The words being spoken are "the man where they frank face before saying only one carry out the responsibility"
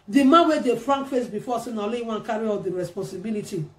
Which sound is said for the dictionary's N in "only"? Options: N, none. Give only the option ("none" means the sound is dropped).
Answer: none